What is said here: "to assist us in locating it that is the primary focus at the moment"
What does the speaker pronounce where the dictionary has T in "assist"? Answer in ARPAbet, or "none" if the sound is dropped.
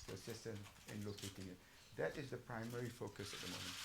T